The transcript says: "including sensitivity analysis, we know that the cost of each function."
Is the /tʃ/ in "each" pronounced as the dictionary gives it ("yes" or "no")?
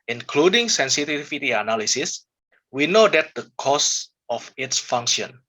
no